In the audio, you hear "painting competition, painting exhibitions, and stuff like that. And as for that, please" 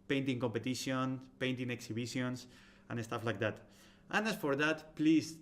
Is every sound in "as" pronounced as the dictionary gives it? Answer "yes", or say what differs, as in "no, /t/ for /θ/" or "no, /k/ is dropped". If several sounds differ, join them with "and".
no, /s/ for /z/